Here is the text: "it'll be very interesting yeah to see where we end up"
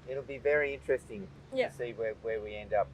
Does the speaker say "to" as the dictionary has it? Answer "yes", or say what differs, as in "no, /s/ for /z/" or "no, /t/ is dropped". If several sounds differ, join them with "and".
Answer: no, /s/ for /t/